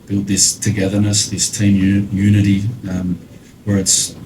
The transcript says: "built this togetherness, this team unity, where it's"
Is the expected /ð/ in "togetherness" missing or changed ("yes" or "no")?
no